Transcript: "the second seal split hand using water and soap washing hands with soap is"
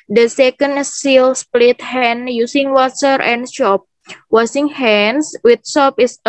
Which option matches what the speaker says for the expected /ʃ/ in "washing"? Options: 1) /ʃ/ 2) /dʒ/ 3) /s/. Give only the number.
3